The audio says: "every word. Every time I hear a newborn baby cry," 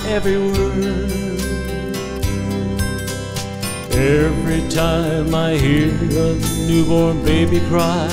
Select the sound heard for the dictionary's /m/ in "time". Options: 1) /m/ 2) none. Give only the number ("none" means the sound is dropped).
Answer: 1